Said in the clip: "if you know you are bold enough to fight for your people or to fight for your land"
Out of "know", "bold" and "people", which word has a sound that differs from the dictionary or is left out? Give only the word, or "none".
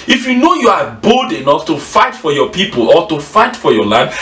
none